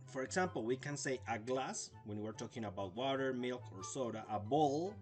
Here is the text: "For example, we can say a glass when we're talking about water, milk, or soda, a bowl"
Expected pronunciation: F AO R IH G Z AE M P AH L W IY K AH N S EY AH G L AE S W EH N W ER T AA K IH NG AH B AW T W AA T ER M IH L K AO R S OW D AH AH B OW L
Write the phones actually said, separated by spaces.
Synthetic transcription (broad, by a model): F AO R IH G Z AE M P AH L W IY K AH N S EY AH G L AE S W EH N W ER T AA K IH NG AH B AW T W AA T ER M IH L K AO R S OW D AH AH B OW L